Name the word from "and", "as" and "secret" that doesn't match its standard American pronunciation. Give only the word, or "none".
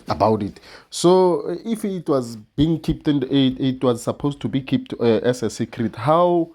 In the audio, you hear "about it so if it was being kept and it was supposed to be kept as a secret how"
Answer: as